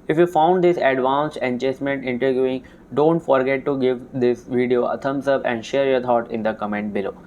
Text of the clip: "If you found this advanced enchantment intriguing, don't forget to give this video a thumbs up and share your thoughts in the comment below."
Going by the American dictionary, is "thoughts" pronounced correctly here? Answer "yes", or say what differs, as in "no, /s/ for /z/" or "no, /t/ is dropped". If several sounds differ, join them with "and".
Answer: no, /t/ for /θ/